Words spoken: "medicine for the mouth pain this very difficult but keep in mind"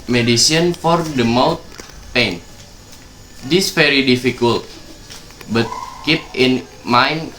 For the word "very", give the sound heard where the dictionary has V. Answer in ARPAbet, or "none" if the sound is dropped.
F